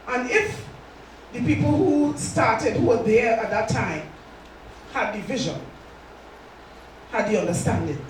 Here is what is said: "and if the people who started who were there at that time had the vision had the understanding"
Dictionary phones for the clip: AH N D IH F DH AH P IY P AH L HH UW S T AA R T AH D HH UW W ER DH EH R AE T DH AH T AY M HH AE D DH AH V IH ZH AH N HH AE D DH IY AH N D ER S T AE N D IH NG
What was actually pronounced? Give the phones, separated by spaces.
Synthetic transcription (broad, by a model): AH N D IH F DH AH P IY P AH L HH UW S T AA R T AH D HH UW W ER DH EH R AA T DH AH T AY M HH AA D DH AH V IH ZH AH N HH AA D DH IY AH N D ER S T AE N D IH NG